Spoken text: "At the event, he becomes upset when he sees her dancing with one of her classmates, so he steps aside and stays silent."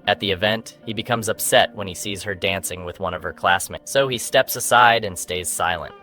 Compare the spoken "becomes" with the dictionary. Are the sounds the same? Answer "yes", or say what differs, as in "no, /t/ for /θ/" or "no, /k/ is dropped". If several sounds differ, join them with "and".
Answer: yes